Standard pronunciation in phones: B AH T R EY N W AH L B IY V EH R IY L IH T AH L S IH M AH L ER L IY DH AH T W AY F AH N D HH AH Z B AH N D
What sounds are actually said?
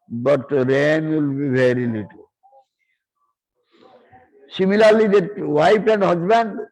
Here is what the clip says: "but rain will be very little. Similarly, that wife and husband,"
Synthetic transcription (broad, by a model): B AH T R EY N W AH L B IY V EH R IY L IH T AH L S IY M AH L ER L IY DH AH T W AY P AH N D HH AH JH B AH N D